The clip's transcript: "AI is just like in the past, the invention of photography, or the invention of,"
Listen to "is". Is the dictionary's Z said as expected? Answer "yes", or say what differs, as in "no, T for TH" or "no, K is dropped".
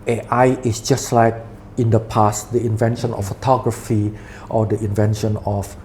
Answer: no, S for Z